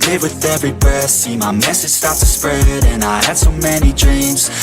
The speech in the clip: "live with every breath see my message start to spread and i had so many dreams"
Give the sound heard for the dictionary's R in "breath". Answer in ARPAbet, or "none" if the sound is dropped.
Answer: none